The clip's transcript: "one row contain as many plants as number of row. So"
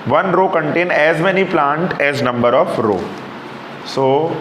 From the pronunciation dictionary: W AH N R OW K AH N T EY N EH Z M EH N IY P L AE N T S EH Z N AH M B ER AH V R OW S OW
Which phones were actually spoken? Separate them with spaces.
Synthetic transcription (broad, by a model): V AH N R OW K AH N T EY N EH Z M EH N IY P L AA N T EH Z N AH M B ER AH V R OW S OW